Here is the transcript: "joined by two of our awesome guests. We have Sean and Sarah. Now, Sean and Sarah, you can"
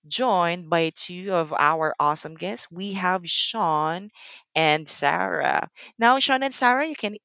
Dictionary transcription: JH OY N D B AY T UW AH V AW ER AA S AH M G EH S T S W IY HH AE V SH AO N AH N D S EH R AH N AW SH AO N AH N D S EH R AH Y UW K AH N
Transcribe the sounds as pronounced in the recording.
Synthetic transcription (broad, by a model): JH OY N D B AY T UW AH V AW ER AA S AH M G EH S T S W IY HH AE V SH AO N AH N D S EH R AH N AW SH AO N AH N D S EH R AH Y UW K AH N